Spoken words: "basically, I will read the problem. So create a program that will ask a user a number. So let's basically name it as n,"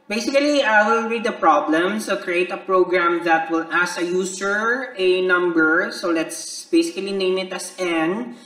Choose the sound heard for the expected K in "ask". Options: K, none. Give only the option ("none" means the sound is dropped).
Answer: none